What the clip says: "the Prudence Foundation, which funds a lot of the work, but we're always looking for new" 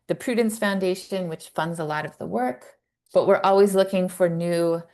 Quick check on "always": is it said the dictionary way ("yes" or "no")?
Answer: yes